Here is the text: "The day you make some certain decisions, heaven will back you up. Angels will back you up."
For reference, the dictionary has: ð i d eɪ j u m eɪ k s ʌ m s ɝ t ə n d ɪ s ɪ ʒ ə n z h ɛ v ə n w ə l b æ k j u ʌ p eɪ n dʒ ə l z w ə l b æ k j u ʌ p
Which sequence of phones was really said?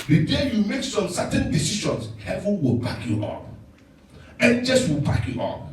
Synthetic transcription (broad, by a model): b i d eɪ j u m eɪ k s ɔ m s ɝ t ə n d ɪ s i ʃ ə n s h ɛ v ə n w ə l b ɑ k j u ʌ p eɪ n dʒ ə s w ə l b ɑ k j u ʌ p